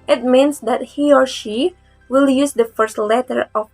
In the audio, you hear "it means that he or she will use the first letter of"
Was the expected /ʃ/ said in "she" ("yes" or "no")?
yes